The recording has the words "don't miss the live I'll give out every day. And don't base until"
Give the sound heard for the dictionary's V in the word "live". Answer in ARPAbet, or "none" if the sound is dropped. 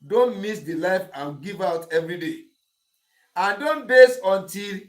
F